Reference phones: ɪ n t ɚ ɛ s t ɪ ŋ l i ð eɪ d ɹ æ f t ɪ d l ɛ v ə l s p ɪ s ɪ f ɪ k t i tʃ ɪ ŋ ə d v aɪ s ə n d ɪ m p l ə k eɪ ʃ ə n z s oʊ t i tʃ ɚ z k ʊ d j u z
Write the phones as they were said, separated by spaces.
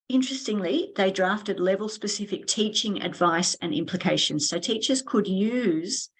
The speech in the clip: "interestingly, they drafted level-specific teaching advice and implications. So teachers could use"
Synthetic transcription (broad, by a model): ɪ n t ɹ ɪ s t ɪ ŋ l i ð eɪ d ɹ æ f t ɪ d l ɛ v ə l s p ɪ s ɪ f ɪ k t i tʃ ɪ ŋ ə d v aɪ s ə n ɪ m p l ə k eɪ ʃ ə n z s oʊ t i tʃ ɚ z k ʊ d j u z